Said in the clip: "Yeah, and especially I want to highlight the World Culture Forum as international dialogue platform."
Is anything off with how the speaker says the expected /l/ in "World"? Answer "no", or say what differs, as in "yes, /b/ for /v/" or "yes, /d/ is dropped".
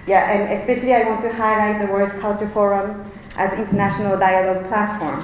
yes, /l/ is dropped